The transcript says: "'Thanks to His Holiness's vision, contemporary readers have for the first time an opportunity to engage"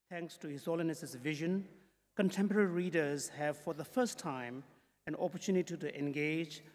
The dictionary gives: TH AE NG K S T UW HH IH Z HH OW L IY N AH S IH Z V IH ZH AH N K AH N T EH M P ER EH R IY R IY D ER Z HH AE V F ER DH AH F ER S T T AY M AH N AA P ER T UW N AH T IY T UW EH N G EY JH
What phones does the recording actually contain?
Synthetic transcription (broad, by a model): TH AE NG K S T UW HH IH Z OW L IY N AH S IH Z V IH ZH AH N K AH N T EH M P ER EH R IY R IY D ER Z HH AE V F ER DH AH F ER S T T AY M AH N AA P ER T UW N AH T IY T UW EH N G EY JH